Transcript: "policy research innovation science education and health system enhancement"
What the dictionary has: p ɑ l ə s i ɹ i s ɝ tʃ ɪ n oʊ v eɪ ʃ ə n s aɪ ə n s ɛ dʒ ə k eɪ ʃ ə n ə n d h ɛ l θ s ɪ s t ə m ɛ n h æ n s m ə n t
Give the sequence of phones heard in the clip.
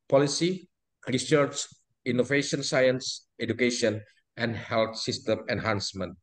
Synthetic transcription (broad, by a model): p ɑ l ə s i ɹ i s ɝ tʃ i n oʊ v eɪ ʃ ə n s aɪ ə n s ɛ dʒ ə k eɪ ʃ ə n ə n d h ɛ l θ s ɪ s t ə m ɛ n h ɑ n s m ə n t